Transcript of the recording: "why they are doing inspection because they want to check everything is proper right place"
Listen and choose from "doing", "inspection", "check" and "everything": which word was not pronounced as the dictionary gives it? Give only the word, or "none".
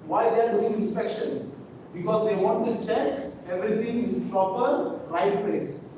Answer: everything